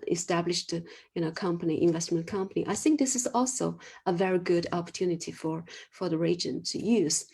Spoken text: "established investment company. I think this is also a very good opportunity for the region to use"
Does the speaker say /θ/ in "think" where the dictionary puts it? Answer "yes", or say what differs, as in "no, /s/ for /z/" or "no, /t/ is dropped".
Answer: yes